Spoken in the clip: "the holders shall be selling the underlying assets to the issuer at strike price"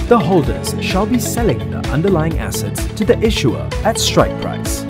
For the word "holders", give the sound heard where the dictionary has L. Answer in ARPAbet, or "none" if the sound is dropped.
L